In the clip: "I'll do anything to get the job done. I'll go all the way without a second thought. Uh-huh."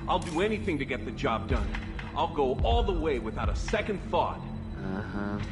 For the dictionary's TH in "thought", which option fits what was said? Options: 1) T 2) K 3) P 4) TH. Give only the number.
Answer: 4